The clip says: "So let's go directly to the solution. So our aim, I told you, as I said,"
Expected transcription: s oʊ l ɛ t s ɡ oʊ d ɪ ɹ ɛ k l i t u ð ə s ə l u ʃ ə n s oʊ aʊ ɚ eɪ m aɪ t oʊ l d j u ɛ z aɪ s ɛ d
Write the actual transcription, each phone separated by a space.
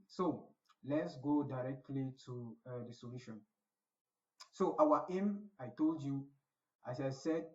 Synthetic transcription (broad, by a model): s oʊ l ɛ t s ɡ oʊ d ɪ ɹ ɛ k l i t u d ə s ə l u ʃ ə n s oʊ aʊ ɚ eɪ m aɪ t oʊ l d j u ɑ s aɪ s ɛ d